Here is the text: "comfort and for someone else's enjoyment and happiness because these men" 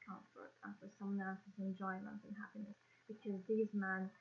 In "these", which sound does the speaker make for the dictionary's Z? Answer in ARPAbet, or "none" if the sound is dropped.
Z